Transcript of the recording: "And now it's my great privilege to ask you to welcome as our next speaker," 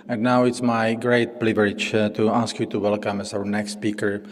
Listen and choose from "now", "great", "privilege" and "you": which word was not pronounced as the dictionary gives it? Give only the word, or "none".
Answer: privilege